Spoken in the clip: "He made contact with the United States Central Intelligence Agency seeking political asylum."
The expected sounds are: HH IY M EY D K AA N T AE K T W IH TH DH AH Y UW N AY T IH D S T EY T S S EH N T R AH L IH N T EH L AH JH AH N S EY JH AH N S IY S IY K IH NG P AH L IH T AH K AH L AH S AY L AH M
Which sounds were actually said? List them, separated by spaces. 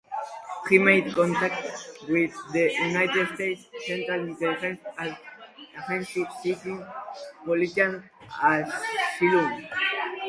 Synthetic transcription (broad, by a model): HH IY M EY D K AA N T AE K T W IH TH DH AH Y UW N AY T IH D S T EY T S S EH N T R AH L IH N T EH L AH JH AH N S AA Z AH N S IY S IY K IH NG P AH L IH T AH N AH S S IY L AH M